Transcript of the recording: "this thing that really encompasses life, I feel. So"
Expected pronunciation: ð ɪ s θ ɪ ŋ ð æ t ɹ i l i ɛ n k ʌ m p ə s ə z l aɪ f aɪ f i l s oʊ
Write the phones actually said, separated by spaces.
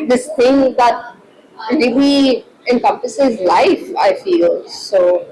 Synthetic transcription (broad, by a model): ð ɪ s t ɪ ŋ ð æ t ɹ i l i ɛ n k ʌ m p ə s ə z l aɪ f aɪ f i l s oʊ